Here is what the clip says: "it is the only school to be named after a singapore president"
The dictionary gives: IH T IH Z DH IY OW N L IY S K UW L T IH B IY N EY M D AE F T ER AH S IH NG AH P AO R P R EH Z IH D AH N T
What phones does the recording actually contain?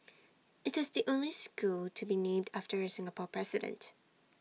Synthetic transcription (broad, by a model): IH T IH Z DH IY OW N L IY S K UW L T IH B IY N EY M D AE F T ER AH S IH NG AH P AO R P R EH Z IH D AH N T